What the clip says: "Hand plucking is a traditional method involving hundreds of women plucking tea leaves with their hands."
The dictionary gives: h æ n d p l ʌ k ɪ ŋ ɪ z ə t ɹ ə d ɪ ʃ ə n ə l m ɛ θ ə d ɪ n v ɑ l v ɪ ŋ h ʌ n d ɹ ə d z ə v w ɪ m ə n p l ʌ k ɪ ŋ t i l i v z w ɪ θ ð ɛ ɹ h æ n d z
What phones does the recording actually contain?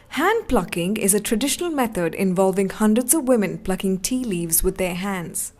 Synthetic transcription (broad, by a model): h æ n d p l ʌ k ɪ ŋ ɪ z ə t ɹ ə d ɪ ʃ ə n ə l m ɛ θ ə d ɪ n v ɑ l v ɪ ŋ h ʌ n d ɹ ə d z ə v w ɪ m ə n p l ʌ k ɪ ŋ t i l i v z w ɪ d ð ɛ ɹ h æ n d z